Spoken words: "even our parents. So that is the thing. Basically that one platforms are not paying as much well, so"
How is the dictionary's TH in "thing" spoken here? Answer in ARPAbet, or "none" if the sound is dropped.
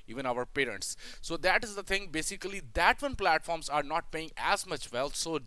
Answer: T